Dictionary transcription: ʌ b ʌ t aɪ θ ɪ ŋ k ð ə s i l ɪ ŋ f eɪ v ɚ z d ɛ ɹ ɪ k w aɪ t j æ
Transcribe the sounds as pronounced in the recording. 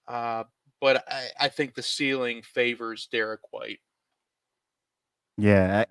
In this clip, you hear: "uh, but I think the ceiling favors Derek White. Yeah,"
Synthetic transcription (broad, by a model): ʌ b ʌ t aɪ θ ɪ ŋ k ð ə s i l ɪ ŋ f eɪ v ɚ z d ɛ ɹ ɪ k w aɪ t j æ